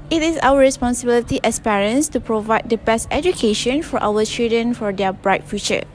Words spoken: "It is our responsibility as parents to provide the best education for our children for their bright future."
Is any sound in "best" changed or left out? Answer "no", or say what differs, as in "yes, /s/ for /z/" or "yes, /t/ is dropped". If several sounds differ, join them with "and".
no